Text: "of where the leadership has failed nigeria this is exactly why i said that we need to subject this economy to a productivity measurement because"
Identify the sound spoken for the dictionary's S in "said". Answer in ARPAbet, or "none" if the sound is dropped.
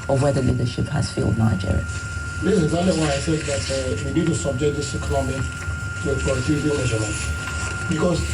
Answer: TH